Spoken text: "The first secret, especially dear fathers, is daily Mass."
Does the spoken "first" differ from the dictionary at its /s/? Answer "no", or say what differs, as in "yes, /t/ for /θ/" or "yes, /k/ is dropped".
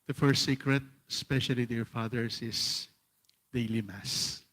no